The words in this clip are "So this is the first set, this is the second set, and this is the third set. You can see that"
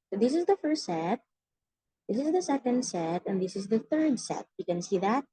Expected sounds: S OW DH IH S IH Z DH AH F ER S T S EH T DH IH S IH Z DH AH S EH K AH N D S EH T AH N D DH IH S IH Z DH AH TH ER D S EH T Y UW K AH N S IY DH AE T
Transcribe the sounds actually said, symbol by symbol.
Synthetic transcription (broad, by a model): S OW DH IH S IH Z DH AH F ER S T S EH T DH IH S IH Z DH AH S EH K AH N D S EH T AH N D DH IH S IH Z DH AH TH ER D S EH T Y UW K AH N S IY DH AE T